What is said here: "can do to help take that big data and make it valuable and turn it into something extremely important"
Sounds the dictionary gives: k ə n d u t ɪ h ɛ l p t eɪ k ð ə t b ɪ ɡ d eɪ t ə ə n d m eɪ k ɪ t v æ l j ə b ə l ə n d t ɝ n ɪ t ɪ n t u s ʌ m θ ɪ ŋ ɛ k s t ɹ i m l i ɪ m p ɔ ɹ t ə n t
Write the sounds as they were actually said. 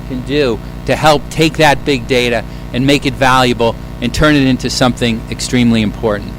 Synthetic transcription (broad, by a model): k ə n d u t ɪ h ɛ l p t eɪ k ð ə t b ɪ ɡ d eɪ t ə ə n m eɪ k ɪ t v æ l j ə b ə l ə n t ɝ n ɪ t ɪ n t u s ʌ m θ ɪ ŋ ɛ k s t ɹ i m l i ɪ m p ɔ ɹ t n t